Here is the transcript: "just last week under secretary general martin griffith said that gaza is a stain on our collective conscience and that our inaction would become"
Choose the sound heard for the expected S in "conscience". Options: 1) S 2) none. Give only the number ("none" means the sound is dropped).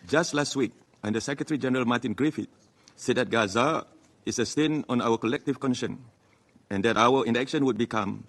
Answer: 2